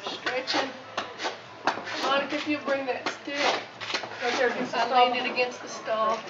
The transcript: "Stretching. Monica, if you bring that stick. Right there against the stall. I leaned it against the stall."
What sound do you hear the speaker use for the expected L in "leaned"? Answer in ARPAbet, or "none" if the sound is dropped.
N